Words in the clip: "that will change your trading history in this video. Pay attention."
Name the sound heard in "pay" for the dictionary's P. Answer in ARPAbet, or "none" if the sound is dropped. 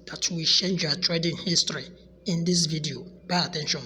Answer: B